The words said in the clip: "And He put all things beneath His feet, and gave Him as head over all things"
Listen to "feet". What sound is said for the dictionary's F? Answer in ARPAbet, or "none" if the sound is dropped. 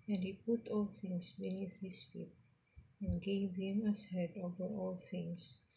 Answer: F